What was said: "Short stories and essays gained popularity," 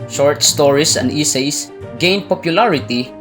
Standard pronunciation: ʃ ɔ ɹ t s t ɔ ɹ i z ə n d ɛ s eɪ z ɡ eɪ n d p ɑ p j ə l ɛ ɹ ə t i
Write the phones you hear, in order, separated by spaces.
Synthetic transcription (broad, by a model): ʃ ɔ ɹ t s t ɔ ɹ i s ə n d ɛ s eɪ s ɡ eɪ n d p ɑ p j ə l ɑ ɹ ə t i